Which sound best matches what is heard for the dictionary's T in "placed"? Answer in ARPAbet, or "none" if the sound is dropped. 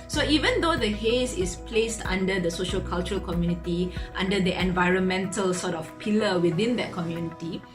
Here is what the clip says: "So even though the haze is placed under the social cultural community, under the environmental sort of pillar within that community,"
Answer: T